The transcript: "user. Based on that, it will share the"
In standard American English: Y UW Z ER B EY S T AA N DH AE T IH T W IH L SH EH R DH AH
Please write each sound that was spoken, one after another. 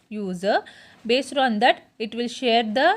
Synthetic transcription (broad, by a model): Y UW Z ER B EY S T AA N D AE T IH T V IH L SH EH R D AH